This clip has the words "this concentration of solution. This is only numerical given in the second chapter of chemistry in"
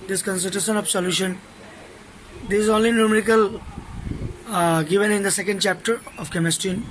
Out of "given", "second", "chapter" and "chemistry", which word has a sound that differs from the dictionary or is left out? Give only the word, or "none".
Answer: chemistry